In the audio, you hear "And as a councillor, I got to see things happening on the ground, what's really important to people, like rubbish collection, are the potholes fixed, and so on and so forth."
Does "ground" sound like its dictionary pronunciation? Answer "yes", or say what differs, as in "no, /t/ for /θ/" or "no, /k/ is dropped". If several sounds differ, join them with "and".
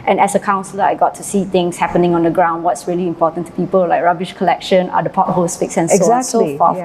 yes